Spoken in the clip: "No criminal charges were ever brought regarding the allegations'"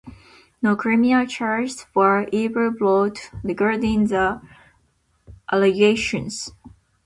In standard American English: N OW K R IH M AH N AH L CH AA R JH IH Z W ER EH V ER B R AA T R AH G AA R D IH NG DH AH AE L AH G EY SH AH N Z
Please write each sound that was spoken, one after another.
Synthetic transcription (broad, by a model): N OW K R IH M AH AH CH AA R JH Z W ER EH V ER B L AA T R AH G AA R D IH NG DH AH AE L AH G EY SH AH N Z